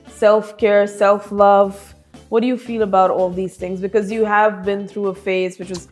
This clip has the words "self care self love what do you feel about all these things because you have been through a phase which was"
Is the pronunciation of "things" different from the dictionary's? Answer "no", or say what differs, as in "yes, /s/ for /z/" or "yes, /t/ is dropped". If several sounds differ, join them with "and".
no